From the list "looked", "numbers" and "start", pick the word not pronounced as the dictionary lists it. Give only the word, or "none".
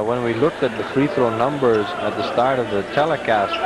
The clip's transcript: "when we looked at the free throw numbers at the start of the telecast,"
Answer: none